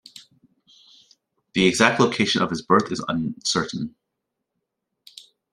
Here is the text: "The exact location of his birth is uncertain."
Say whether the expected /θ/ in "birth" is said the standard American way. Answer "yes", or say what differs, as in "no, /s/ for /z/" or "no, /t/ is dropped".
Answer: yes